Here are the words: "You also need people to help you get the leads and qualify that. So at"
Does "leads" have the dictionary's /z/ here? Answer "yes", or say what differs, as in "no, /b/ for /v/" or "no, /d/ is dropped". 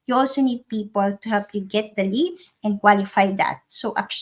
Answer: no, /s/ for /z/